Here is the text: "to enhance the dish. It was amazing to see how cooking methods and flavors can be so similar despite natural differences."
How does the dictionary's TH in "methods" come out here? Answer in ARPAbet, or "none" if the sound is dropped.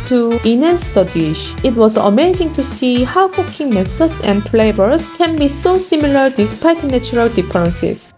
S